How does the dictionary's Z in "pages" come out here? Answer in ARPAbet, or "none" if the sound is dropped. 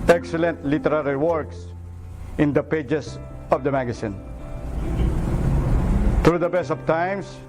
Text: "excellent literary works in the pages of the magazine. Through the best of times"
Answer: S